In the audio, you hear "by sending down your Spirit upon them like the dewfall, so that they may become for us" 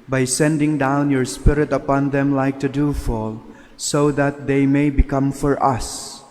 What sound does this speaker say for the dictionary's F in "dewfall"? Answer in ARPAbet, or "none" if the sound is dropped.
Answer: F